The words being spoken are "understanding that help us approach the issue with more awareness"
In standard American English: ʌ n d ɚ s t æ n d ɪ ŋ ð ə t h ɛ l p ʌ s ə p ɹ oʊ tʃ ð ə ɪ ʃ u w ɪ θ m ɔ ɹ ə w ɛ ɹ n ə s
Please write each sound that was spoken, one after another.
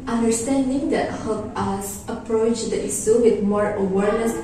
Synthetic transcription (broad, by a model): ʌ n d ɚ s t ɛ n d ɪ ŋ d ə t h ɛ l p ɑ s ə p ɹ oʊ tʃ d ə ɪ s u w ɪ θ m ɔ ɹ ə w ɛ ɹ n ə s